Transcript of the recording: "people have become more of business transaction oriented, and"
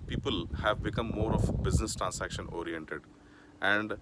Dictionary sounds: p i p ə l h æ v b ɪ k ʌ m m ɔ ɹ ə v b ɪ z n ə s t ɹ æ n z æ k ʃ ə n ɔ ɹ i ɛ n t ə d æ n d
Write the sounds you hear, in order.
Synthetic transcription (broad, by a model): p i p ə l h æ v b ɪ k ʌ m m ɔ ɹ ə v b ɪ z n ə s t ɹ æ n s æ k ʃ ə n ɔ ɹ i ɛ n t ə d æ n d